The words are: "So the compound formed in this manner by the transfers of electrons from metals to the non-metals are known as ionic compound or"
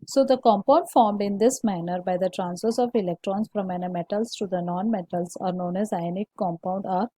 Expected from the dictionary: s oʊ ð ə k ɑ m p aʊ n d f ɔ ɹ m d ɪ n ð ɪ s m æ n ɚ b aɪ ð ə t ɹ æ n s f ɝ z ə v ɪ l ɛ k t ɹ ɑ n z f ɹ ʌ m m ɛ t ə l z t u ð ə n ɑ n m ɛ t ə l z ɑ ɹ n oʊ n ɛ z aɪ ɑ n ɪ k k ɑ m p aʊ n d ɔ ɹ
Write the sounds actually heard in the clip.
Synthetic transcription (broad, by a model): s oʊ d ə k ɑ m p aʊ n d f ɔ ɹ m d ɪ n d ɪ s m æ n ɚ b aɪ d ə t ɹ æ n s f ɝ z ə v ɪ l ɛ k t ɹ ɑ n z f ɹ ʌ m m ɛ t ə l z t u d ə n ɑ n m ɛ t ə l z ɑ ɹ n oʊ n ɛ z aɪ n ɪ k k ɑ m p aʊ n d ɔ ɹ